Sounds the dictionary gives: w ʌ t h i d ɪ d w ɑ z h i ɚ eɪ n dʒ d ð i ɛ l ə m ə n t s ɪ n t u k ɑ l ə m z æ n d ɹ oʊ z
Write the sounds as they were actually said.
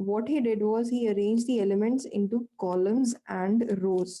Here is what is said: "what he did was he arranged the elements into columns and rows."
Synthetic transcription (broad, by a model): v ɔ t h i d ɪ d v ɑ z h i ɚ eɪ n dʒ d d i ɛ l ə m ə n t s ɪ n t u k ɑ l ə m z æ n d ɹ oʊ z